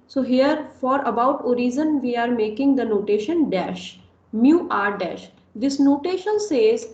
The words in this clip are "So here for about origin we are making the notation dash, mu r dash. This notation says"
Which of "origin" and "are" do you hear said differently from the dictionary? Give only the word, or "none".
origin